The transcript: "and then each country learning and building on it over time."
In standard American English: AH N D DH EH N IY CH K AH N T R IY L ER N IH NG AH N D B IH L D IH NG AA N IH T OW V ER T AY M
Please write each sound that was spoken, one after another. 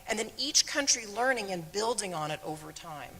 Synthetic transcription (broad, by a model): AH N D DH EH N IY CH K AH N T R IY L ER N IH NG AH N B IH L D IH NG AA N IH T OW V ER T AY M